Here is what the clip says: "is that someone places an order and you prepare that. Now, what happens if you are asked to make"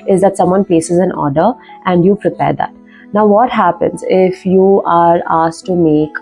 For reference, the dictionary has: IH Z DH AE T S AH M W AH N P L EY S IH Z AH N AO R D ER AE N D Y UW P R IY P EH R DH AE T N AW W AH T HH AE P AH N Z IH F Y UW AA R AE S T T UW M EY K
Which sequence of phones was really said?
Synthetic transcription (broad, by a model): IH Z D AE T S AH M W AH N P EY S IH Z AH N AO R D ER AE N D Y UW P R IY P EH R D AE T N AW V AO T HH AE P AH N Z IH F Y UW AA R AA S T T UW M EY K